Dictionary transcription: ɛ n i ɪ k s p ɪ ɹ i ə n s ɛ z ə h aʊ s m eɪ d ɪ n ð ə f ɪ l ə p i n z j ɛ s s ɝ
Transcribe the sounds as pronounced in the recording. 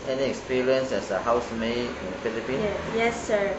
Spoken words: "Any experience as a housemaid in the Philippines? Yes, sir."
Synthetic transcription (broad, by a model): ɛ n i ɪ k s p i ɹ i ə n s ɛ s ə h aʊ s m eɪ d ɪ n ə f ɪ l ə p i n j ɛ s s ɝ